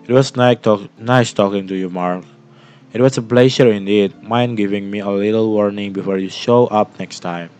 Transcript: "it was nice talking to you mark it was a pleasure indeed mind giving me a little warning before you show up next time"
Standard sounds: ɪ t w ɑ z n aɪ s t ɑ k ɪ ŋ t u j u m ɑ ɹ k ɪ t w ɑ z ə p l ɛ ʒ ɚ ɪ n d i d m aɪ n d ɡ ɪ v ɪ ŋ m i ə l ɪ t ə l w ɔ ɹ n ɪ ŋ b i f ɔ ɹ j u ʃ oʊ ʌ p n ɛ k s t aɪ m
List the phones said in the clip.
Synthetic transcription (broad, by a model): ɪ t w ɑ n n aɪ s t ɑ k ɪ ŋ t u j u m ɑ ɹ k ɪ t w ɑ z ə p l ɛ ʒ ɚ ɪ n d i d m aɪ n ɡ ɪ v ɪ ŋ m i ə l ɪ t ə l w ɔ ɹ n ɪ ŋ b i f ɔ ɹ j u ʃ oʊ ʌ p n ɛ k s t aɪ m